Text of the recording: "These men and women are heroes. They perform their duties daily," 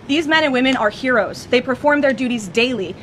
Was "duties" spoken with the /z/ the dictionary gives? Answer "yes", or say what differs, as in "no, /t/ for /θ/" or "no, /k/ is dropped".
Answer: yes